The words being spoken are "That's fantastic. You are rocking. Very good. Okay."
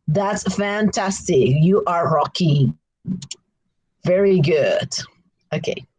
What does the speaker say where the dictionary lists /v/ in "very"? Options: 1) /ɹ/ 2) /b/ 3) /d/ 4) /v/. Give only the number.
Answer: 4